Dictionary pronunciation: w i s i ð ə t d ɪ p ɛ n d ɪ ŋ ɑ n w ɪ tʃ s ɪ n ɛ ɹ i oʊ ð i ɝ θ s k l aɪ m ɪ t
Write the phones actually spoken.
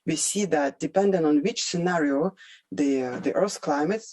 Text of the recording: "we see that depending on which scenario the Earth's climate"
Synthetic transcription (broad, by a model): w i s i ð ə t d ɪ p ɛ n d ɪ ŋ ɑ n w ɪ tʃ s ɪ n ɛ ɹ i oʊ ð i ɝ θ k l aɪ m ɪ t